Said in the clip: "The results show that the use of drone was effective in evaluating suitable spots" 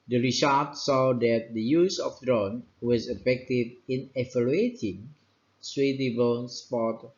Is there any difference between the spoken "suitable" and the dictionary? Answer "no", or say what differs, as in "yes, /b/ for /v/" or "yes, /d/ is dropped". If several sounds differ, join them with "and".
yes, /n/ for /l/